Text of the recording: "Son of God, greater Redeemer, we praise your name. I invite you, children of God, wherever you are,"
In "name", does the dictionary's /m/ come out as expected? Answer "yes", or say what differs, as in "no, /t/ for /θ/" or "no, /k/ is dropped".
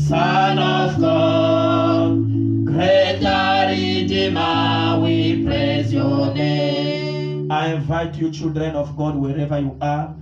no, /m/ is dropped